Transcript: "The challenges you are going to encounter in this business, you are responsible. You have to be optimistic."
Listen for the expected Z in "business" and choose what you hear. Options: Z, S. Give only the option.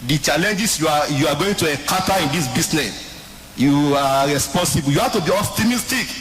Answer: S